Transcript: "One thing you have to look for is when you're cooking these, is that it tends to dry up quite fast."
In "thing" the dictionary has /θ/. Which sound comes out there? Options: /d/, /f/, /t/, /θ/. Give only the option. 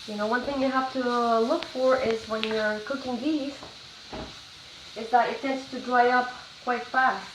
/θ/